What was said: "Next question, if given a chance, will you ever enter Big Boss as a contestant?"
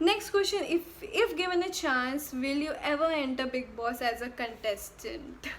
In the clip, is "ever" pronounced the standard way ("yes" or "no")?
yes